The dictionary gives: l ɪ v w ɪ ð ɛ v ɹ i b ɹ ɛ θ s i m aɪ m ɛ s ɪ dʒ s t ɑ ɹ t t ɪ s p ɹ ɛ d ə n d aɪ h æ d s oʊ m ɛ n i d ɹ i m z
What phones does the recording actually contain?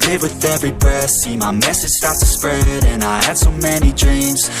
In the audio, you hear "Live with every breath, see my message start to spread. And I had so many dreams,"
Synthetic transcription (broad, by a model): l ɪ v w ɪ ð ɛ v ɹ i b ʌ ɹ s i m aɪ m ɛ s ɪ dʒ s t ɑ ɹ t t ɪ s p ɹ ɛ d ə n aɪ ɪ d s oʊ m ɛ n i d ɹ i m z